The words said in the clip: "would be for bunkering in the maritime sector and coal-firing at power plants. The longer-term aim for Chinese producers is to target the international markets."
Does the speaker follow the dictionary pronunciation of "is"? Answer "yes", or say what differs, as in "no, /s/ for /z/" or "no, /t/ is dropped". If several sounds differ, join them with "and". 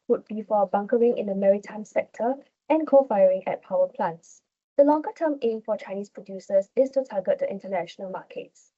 no, /s/ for /z/